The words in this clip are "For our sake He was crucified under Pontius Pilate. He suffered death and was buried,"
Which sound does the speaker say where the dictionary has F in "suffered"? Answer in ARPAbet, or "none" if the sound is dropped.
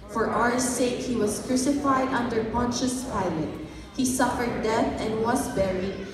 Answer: F